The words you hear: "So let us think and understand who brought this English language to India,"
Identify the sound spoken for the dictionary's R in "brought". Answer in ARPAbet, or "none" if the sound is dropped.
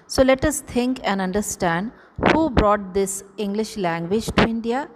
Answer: R